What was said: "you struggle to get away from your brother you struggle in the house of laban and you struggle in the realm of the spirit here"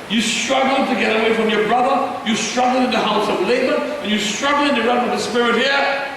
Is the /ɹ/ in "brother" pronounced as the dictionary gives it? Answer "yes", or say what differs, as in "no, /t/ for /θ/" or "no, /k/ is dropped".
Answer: yes